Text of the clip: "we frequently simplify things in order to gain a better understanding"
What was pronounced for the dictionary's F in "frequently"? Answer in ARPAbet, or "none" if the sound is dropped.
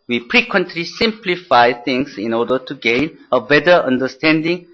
P